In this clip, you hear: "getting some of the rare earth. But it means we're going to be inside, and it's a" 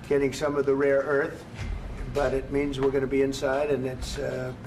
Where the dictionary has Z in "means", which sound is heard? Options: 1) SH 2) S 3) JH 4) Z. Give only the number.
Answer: 4